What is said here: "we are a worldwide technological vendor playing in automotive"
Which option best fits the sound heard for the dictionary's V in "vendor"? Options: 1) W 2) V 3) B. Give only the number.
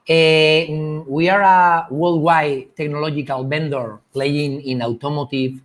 3